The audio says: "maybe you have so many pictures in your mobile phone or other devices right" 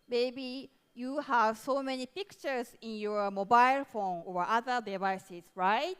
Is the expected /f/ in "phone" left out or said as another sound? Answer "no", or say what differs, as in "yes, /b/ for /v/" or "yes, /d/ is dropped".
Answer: no